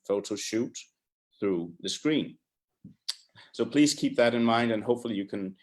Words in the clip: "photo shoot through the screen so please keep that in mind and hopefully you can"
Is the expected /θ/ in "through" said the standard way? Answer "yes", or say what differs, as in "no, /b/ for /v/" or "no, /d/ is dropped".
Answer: yes